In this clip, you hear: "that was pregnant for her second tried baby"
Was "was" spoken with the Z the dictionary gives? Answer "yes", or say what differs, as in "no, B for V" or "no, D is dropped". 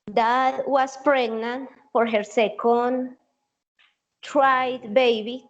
no, S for Z